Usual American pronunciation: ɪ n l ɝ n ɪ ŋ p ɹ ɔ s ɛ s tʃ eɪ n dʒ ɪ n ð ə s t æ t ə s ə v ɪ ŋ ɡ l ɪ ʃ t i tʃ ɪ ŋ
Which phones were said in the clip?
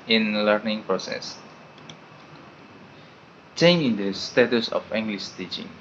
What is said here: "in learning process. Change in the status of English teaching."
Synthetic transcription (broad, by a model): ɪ n l ɝ n ɪ ŋ p ɹ ɔ s ɛ s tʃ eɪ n ɪ n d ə s t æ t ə s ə f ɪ ŋ ɡ l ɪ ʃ t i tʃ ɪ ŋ